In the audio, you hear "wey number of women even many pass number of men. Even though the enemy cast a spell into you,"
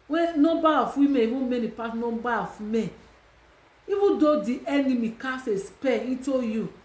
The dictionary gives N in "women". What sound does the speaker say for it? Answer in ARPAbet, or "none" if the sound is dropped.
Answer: none